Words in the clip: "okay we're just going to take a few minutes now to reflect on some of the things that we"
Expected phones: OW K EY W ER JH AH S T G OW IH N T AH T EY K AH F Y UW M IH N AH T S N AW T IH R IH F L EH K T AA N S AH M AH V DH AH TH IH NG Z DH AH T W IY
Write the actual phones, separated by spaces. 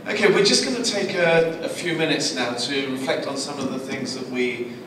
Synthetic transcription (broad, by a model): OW K EY W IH JH AH S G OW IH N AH T EY K AH F Y UW M IH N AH T S N AW T IH R IH F L EH K T N S AH M AH V DH AH TH IH NG Z DH AH T W IY